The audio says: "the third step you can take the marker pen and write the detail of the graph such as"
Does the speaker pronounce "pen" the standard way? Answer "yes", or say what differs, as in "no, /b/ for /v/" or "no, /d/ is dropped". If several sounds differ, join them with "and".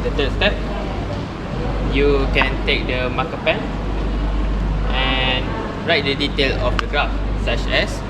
yes